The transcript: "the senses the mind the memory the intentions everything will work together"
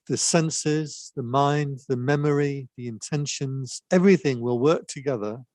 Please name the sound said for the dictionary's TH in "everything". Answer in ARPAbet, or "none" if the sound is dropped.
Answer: TH